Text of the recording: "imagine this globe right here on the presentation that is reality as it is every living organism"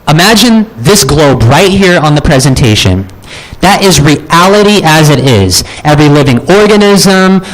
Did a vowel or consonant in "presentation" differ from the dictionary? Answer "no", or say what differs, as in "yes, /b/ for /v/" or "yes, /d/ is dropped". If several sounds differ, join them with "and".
no